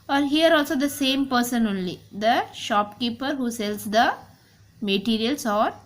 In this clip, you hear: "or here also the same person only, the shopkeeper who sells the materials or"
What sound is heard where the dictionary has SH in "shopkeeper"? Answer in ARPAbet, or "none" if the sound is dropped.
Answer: SH